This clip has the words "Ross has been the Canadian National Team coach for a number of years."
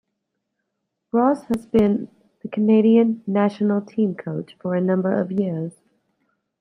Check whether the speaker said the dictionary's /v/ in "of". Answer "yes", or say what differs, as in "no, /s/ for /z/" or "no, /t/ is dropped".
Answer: yes